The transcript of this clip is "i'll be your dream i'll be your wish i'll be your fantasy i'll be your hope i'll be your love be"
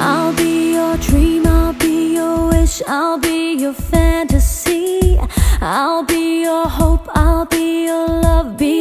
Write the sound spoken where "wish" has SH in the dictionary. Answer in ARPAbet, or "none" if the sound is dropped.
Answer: SH